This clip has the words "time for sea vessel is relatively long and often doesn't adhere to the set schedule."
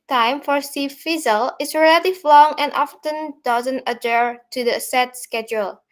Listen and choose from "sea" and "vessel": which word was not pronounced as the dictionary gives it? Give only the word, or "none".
vessel